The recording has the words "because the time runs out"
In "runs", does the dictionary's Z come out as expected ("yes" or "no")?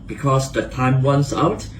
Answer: no